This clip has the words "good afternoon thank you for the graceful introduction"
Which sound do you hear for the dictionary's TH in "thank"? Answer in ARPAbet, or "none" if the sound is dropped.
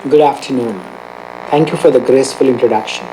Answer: T